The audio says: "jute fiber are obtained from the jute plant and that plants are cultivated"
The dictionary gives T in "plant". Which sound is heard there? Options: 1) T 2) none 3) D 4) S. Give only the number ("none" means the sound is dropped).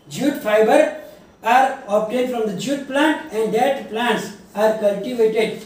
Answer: 1